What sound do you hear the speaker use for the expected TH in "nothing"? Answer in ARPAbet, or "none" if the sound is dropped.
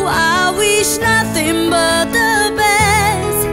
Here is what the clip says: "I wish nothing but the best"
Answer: TH